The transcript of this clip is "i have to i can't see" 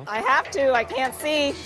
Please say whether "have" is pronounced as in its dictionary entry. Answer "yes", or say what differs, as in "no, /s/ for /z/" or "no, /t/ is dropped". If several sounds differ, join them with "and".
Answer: no, /f/ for /v/